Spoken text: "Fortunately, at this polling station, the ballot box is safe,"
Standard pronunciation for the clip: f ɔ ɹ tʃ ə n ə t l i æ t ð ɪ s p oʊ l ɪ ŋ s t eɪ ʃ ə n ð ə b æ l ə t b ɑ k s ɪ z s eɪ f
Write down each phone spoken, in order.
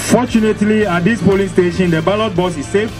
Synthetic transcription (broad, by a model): f ɔ tʃ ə n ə t l i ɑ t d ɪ s p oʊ l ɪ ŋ s t eɪ ʃ ə n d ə b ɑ l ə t b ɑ s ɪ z s eɪ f